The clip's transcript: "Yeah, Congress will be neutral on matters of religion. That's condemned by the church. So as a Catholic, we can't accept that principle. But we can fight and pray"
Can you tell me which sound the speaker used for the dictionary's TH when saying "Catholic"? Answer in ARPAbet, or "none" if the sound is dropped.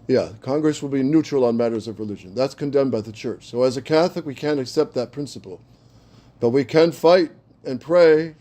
TH